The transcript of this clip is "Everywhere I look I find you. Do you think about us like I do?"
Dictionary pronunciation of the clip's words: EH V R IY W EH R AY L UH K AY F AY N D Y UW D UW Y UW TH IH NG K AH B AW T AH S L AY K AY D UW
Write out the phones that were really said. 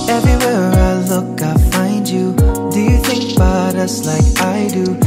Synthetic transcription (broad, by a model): EH V R IY W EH R AY L UH K AY F AY N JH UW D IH Y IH TH IH NG K AH B AW T AH S L AY K AY D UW